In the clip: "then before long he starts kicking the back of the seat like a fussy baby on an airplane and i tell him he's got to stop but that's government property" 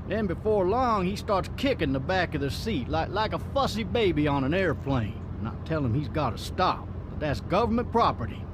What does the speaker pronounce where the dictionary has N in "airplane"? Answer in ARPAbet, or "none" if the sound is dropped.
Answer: none